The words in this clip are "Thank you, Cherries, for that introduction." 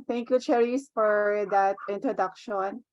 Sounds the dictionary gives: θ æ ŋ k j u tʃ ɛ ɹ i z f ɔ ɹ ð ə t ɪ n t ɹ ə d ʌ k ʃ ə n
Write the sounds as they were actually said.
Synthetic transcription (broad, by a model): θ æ ŋ k j u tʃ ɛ ɹ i s f ɔ ɹ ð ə t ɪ n t ɹ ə d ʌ k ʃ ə n